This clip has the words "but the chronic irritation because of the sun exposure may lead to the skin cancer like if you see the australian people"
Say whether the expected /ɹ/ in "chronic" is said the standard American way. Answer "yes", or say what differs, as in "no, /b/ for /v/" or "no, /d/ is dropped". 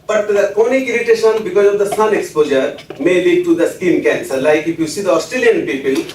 no, /ɹ/ is dropped